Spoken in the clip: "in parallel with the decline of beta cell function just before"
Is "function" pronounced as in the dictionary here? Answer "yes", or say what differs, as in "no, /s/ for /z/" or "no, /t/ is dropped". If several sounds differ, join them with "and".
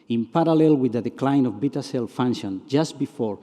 no, /k/ is dropped